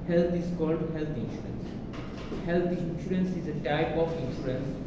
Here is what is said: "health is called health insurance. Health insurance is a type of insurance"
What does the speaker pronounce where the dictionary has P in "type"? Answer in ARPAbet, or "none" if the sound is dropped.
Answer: P